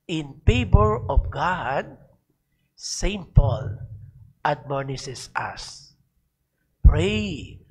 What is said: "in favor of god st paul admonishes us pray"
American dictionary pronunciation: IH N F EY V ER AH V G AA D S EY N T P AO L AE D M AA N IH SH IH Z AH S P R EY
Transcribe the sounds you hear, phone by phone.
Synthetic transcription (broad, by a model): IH N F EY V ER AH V G AA D S EY N T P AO L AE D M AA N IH S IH S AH S P R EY